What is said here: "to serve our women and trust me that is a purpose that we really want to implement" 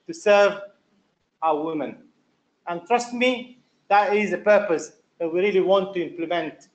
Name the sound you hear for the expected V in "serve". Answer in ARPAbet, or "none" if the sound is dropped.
V